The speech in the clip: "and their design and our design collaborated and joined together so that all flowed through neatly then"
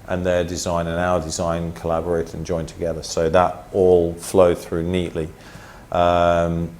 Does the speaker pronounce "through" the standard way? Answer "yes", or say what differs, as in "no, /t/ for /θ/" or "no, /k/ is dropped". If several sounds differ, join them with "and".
yes